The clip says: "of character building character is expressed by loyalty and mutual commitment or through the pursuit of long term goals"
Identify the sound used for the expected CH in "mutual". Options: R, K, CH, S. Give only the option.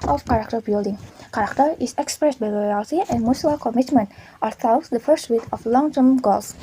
S